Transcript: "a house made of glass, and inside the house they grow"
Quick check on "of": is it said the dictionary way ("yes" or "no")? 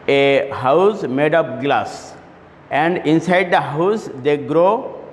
no